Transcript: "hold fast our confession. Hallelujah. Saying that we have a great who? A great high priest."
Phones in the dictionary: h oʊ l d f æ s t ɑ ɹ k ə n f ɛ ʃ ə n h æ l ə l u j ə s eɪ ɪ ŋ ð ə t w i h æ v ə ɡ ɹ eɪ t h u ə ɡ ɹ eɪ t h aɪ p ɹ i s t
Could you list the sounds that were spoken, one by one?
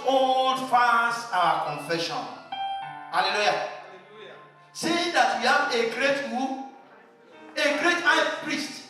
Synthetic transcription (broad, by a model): oʊ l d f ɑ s ɑ k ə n f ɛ ʃ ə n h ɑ l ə l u j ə s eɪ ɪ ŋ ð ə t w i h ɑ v ə ɡ ɹ eɪ t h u ə ɡ ɹ eɪ t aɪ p ɹ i s t